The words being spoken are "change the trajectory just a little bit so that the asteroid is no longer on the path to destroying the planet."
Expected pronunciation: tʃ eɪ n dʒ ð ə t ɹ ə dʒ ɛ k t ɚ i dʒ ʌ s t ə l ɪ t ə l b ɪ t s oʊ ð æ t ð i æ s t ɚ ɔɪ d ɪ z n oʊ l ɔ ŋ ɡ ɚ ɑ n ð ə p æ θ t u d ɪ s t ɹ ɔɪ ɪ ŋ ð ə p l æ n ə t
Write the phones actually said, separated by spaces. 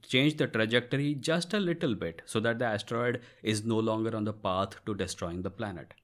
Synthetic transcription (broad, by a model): tʃ eɪ n dʒ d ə t ɹ ə dʒ ɛ k t ɚ i dʒ ʌ s t ə l ɪ t ə l b ɪ t s oʊ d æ t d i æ s t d ɔɪ d ɪ z n oʊ l ɔ ŋ ɡ ɚ ɑ n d ə p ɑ t t u d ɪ s t ɹ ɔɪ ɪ ŋ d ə p l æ n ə t